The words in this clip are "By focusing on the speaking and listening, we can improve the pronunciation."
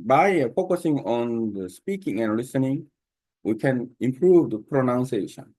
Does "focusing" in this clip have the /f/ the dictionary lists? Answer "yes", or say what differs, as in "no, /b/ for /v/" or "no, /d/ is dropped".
yes